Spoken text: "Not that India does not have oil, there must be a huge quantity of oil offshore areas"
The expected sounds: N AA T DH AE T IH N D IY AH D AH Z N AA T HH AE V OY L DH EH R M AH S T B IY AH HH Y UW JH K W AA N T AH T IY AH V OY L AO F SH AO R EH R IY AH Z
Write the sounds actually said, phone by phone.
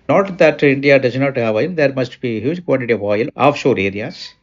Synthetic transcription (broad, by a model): N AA T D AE T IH N D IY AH D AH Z N AA T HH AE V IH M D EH R M AH S T B IY HH Y UW JH K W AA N T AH T IY AH V OY L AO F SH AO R EH R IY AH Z